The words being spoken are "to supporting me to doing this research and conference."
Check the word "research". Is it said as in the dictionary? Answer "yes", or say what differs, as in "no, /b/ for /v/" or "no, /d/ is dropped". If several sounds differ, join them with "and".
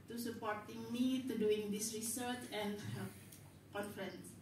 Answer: yes